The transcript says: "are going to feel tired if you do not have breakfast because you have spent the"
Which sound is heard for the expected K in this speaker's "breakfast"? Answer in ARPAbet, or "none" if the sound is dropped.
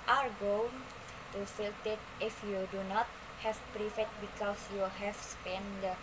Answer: none